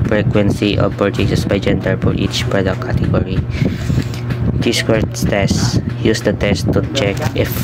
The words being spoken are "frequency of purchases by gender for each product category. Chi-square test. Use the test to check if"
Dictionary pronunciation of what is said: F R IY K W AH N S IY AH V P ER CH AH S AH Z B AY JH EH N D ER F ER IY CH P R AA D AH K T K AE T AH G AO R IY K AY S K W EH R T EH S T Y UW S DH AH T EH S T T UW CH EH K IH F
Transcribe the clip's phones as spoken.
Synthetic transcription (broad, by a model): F R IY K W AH N S IY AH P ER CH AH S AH S B AY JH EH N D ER P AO IY CH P R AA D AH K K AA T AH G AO R IY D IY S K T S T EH S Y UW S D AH T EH S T T UW CH EH K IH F